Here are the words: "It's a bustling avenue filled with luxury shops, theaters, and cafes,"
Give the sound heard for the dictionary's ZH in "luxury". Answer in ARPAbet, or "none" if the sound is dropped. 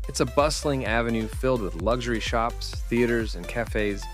ZH